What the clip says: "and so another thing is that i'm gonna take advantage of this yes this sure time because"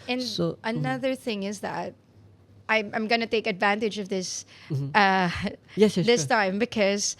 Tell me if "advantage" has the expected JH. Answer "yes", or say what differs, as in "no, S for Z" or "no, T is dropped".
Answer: yes